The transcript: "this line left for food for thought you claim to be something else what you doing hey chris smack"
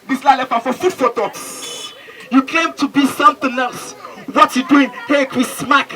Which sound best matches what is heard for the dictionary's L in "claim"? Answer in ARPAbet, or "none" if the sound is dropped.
none